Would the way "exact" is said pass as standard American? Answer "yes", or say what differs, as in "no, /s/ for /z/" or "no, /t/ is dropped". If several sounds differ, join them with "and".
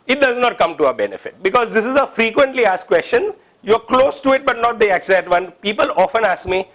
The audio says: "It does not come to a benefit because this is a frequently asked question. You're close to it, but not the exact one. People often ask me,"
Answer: no, /k/ is dropped